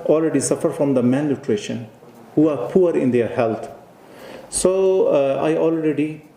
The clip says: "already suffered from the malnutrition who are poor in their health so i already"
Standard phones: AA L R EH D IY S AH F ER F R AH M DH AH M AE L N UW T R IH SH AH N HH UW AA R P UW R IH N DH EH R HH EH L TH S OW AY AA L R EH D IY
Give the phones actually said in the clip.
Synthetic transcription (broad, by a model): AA L R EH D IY S AH F ER F R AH M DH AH M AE N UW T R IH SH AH N HH UW AA R P UW R IH N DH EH R HH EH L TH S OW AY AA L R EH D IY